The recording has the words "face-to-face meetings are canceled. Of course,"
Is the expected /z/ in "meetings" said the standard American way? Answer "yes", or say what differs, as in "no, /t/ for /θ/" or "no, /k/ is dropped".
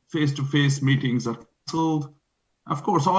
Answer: yes